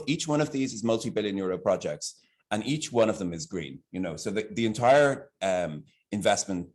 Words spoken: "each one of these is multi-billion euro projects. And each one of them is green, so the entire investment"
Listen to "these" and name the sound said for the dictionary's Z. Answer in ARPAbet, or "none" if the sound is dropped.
Z